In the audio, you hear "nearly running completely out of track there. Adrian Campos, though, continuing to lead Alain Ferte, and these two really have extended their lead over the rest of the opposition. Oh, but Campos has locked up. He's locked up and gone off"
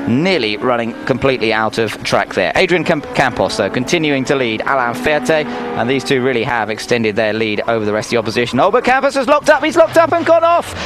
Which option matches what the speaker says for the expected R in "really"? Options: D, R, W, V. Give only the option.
R